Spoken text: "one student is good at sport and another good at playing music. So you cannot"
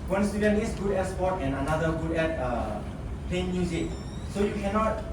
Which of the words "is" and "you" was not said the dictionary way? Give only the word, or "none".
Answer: is